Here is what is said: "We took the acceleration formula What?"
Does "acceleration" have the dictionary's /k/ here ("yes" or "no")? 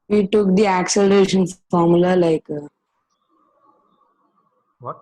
yes